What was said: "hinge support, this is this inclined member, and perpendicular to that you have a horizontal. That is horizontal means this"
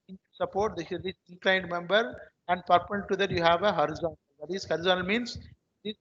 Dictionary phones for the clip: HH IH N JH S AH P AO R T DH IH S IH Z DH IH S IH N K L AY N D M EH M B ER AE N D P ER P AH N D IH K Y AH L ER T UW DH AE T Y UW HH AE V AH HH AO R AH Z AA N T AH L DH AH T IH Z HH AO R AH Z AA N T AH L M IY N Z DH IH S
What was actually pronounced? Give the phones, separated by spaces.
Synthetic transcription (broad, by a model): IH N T S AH P AO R T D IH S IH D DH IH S IH N K L AY N D M EH M B ER AE N D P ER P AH D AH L T UW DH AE T Y UW HH AE V AH HH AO R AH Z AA N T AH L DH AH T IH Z HH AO R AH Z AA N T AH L M IY N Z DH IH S